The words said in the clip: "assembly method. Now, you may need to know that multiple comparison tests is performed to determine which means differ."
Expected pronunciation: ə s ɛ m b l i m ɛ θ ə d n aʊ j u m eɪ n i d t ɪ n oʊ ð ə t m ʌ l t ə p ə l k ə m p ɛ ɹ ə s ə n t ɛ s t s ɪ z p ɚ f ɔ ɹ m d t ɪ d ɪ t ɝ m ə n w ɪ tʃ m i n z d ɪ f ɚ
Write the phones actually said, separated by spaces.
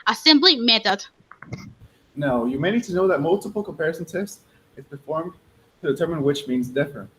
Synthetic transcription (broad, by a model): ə s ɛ m b l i m ɛ θ ə d n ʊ j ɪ m eɪ n i d t ɪ n oʊ ð ə t m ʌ l t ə p l k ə m p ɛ ɹ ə s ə n t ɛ s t ɪ z p ɚ f ɔ ɹ m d t ɪ d ɪ t ɝ m ə n w ɪ tʃ m i n z d ɪ f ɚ